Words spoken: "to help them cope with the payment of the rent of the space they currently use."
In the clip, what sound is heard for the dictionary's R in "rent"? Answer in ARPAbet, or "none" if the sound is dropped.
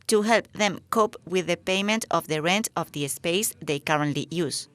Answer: R